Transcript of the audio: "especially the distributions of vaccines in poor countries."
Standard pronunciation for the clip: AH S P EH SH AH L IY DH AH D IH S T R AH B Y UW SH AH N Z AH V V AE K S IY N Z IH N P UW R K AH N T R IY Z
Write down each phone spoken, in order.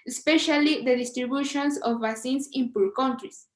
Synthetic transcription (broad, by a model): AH S P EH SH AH L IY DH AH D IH S T R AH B Y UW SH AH N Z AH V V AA S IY N S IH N P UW L K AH N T R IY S